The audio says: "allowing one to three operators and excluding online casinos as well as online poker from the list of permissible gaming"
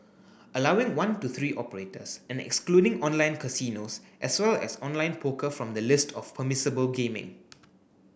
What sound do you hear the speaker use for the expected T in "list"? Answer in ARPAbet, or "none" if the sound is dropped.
T